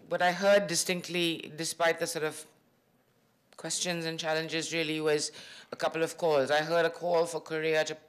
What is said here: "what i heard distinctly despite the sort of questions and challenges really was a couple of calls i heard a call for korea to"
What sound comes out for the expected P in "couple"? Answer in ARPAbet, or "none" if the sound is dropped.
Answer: P